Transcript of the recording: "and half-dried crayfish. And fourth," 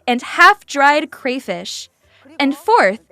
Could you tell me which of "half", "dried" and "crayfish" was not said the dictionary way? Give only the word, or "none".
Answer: none